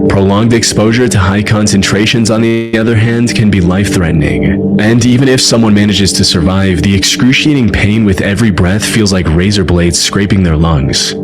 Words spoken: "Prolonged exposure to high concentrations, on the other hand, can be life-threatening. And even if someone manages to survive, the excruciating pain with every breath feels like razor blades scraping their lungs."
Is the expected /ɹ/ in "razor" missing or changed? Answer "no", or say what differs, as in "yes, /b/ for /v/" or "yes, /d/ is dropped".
no